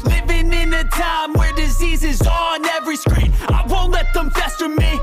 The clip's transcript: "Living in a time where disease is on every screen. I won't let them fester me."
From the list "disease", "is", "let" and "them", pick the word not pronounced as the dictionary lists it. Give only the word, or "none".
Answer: none